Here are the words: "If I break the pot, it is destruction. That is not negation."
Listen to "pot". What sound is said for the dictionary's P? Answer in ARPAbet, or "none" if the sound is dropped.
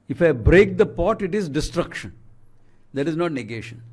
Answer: P